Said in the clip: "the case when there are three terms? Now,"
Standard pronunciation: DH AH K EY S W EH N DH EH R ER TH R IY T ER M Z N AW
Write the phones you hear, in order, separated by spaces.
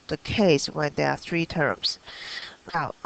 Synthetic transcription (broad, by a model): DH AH K EY S W EH N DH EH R TH R IY T ER M Z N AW